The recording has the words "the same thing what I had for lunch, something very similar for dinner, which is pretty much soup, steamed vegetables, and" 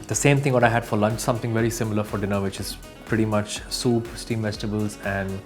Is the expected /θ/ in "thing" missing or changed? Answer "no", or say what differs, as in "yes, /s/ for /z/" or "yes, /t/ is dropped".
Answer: yes, /t/ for /θ/